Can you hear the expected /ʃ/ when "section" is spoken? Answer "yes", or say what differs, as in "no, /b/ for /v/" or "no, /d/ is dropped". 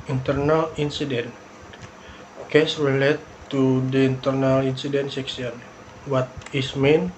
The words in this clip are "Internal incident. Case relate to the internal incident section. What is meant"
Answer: no, /s/ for /ʃ/